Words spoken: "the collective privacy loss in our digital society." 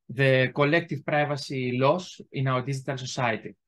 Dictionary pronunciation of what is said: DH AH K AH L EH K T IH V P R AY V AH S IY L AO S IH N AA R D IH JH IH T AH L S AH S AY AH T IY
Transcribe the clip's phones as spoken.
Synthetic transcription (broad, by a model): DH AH K AH L EH K T IH V P R AY V AH S IY L AO S IH N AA W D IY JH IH T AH L S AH S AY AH T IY